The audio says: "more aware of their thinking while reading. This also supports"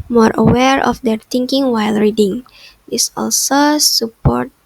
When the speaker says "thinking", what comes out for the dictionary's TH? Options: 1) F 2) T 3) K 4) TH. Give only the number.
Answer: 2